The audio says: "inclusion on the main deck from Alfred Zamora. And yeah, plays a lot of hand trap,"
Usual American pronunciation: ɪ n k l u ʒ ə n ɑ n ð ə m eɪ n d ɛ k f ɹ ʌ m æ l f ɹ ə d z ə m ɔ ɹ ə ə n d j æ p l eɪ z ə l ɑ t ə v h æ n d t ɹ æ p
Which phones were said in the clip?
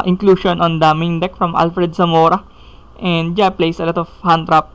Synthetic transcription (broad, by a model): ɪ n k l u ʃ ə n ɑ n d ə m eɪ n d ɛ k f ɹ ʌ m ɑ l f ɹ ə d s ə m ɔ ɹ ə ə n d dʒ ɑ p l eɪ s ə l ɑ t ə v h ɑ n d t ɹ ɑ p